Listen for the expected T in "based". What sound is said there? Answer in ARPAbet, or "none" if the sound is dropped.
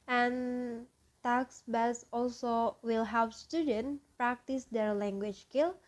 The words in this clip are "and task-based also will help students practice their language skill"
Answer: none